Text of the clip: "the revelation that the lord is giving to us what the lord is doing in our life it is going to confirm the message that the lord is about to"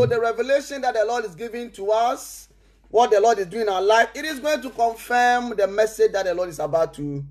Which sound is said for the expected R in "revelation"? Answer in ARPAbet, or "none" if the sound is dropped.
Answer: R